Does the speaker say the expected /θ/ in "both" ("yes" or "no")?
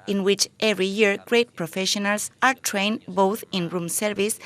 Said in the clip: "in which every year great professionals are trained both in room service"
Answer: yes